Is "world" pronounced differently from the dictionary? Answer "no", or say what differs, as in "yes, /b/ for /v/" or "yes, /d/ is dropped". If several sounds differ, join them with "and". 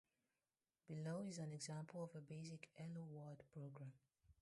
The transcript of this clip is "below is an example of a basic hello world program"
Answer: yes, /l/ is dropped